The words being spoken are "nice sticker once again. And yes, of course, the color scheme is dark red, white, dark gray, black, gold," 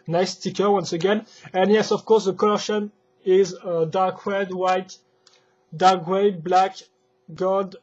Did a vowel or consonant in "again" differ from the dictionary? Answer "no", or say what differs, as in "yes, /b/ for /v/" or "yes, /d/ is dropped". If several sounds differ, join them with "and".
no